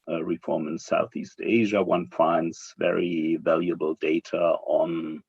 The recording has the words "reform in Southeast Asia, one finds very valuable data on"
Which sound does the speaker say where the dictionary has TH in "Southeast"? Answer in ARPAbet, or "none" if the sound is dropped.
TH